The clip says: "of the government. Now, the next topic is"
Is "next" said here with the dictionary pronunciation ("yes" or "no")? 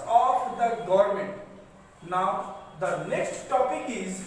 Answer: no